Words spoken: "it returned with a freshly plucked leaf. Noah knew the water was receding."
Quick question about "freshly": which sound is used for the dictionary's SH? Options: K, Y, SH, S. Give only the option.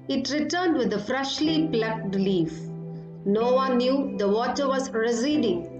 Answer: SH